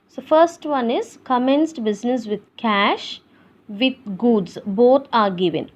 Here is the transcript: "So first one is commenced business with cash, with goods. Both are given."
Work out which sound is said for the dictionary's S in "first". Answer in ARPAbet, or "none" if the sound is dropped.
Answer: S